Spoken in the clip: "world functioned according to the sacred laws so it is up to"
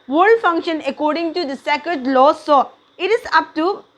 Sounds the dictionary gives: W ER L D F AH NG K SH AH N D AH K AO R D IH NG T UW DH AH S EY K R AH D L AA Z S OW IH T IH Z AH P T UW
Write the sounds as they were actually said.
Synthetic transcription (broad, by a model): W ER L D F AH NG K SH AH N AH K AO R D IH NG T UW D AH S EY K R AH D L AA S S OW IH T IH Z AH P T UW